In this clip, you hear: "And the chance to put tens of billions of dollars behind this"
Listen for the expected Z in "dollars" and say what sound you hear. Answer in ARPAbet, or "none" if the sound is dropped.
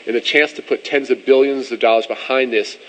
Z